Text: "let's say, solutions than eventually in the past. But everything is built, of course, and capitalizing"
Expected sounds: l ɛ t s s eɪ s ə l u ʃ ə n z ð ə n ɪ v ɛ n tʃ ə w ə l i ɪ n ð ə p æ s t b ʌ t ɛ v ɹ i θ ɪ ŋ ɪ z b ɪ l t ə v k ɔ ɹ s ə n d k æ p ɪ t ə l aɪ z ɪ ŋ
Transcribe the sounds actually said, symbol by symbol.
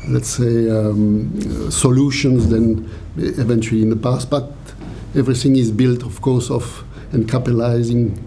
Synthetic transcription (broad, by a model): l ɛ t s s eɪ s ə l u ʃ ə n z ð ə n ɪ v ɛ n tʃ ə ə l i ɪ n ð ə p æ s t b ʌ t ɛ v ɹ i θ ɪ ŋ ɪ z b ɪ l t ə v k ɔ ɹ s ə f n k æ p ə l aɪ z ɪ ŋ